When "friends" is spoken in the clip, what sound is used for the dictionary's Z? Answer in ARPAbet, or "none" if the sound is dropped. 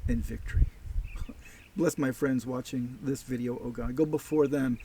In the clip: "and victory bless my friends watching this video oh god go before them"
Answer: Z